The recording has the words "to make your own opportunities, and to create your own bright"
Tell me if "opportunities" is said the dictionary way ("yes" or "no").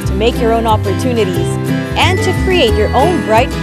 yes